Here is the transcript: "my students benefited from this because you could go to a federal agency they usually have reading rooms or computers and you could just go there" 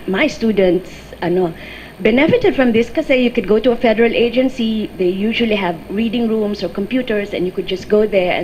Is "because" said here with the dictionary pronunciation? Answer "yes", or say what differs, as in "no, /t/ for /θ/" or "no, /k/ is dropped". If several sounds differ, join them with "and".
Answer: no, /z/ is dropped